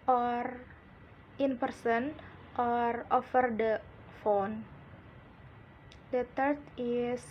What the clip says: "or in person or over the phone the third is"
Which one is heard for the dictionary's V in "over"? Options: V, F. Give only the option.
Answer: F